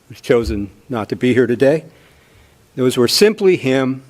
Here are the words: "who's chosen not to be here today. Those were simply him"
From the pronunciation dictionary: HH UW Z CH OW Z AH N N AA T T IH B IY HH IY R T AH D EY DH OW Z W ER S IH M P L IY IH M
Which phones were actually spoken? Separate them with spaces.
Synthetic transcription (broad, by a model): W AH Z CH OW Z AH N N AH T T IH B IY HH IY R T AH D EY DH OW Z W ER S IH M P L IY IH M